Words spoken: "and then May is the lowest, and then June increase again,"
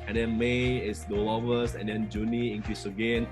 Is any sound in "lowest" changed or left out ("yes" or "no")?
yes